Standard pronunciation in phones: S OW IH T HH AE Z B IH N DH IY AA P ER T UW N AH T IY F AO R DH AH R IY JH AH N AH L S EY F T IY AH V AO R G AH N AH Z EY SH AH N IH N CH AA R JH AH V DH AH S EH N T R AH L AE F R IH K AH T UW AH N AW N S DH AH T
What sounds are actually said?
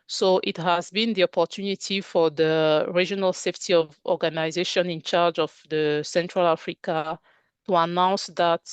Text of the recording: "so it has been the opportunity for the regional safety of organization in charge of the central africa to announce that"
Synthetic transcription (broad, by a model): S OW IH T HH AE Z B IH N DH IY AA P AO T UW N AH T IY F AO R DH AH R IY JH AH N AH L S EY F T IY AH V AO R G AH N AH Z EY SH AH N IH N CH AA R JH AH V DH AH S EH N T R AH L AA F R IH K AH T UW AH N AW N S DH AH T